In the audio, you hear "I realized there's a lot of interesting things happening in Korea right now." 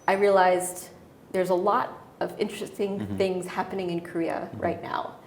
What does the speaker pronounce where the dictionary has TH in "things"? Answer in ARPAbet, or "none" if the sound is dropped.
TH